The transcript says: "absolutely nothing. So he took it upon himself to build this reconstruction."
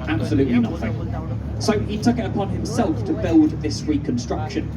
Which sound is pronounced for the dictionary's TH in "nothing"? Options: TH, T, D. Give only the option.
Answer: TH